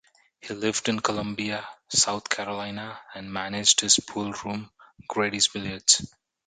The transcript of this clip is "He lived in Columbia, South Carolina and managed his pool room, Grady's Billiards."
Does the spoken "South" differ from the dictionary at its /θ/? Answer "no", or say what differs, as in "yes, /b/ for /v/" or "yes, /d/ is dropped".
yes, /t/ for /θ/